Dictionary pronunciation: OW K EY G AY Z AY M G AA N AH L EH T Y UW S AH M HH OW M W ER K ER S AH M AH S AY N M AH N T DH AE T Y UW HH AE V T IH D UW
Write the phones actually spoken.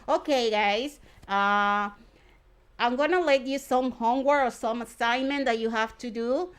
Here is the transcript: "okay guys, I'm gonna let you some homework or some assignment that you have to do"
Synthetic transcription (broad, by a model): OW K EY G AY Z AY M G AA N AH L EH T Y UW S AH M HH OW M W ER ER S AH M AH S AY N M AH N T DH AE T Y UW HH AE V T IH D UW